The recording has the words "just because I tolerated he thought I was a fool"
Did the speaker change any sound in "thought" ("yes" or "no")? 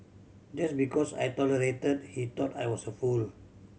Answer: yes